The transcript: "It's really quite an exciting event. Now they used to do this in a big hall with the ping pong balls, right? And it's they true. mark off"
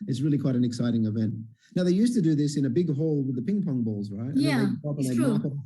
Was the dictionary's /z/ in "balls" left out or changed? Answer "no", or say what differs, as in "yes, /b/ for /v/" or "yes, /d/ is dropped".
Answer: no